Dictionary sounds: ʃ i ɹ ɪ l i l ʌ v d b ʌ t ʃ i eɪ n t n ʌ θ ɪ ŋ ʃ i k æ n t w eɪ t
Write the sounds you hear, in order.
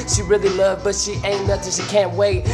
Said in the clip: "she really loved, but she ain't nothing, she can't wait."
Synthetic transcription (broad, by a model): ʃ i ɹ ɪ l i l ʌ v b ʌ t ʃ i eɪ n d ʌ t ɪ ʃ i k æ n t w eɪ t